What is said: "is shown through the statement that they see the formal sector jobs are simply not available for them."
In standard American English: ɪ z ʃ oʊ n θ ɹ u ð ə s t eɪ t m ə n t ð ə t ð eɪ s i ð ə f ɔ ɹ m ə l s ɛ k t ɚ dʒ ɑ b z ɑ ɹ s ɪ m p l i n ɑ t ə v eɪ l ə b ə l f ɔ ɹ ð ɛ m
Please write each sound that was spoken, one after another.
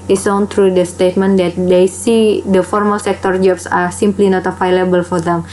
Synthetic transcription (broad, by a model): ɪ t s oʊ n t ɹ u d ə s t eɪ t m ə n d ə t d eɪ s i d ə f ɔ ɹ m ə l s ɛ k t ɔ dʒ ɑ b s ɑ ɹ s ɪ m p l i n ɑ t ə f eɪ l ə b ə l f ɔ ɹ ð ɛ m